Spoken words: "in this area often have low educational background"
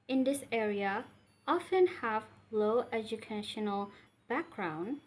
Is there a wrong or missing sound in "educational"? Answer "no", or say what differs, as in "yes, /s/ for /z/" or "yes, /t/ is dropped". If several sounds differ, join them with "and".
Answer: no